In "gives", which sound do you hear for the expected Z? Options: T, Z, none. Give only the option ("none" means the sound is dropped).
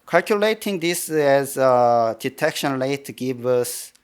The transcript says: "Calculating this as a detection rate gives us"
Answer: none